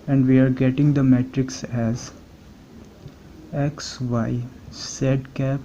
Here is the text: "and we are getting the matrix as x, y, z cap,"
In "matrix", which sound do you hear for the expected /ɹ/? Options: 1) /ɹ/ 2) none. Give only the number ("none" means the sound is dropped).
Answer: 1